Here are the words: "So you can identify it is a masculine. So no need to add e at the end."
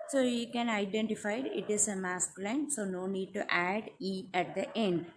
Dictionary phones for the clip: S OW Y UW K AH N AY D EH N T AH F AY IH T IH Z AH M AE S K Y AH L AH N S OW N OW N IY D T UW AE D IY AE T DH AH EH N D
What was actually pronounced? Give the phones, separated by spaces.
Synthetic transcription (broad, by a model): S OW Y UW K AH N AY D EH N T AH F AY IH T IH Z AH M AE S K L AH AH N S OW N OW N IY D T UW AE D IY AE T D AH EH N D